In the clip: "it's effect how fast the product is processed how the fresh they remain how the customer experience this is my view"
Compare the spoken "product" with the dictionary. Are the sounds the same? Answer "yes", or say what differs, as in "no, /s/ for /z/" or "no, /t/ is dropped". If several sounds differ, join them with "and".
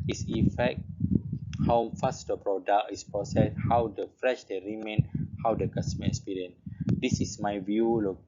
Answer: no, /t/ is dropped